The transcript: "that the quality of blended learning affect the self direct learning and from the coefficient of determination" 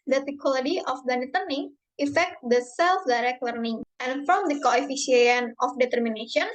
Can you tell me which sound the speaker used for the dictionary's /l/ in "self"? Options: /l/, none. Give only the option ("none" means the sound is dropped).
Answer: /l/